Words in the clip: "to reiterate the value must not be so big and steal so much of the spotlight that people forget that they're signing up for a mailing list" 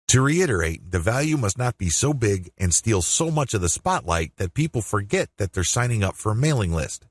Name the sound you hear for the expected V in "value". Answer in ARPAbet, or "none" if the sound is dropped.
V